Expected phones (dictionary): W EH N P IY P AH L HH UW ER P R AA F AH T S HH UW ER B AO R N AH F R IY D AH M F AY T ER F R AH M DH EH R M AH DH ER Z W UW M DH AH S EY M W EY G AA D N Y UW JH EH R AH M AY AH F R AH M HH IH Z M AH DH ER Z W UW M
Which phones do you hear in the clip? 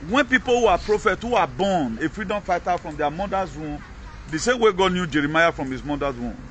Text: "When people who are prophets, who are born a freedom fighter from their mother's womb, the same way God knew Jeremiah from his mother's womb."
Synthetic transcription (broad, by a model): W EH N P IY P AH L HH UW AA P R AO F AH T HH UW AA B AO N AH F R IY D AH M F AY T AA F R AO M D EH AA M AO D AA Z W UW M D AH S EY M W EY G AA D N Y UW JH EH R AH M AY AH F R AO M HH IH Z M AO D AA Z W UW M